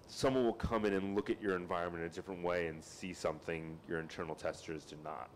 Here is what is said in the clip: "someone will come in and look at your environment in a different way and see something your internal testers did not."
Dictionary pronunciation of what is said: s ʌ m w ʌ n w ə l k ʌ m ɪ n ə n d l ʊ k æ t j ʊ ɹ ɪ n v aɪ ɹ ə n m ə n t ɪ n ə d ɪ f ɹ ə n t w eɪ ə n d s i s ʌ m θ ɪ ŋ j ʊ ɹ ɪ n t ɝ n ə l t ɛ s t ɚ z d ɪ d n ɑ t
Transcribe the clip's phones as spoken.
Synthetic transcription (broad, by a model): s ʌ m w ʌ n w ə l k ʌ m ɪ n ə n l ʊ k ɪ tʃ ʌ ɹ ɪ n v aɪ ɹ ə n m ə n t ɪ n ə d ɪ f ɹ ə n t w eɪ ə n s i s ʌ m θ ɪ ŋ j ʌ ɹ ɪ n t ɝ n l t ɛ s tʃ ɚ z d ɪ n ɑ t